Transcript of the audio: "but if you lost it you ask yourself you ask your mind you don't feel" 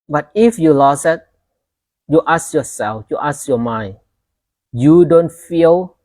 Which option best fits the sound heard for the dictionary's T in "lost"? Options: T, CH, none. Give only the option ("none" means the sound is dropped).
none